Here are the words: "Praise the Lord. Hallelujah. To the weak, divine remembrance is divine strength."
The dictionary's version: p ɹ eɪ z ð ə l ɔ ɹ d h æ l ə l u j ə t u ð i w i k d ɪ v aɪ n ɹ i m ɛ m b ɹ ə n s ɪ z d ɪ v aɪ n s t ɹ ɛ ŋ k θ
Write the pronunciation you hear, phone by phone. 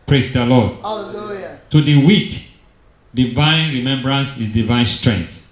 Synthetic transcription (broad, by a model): p ɹ eɪ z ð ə l ɔ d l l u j t u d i w i k d ɪ v aɪ n ɹ i m ɛ m b ɹ ə n s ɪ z d ɪ v aɪ n s t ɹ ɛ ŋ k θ